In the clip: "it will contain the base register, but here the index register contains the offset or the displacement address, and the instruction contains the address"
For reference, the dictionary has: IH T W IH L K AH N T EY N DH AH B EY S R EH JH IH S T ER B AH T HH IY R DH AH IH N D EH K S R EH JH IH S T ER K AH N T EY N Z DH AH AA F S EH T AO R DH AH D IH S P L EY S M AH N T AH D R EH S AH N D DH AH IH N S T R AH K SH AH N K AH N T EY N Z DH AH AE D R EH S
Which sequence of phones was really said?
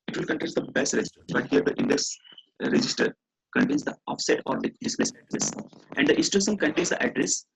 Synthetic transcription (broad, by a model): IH T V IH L K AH N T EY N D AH B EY S R EH JH IH S T ER B AH T HH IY R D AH IH N D EH K S R EH JH IH S T ER K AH N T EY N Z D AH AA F S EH T AO R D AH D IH S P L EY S AH T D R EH S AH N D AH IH S T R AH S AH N K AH N T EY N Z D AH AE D R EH S